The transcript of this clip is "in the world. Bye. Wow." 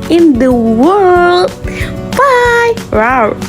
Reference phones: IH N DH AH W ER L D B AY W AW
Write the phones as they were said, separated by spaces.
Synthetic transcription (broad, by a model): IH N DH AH W ER L D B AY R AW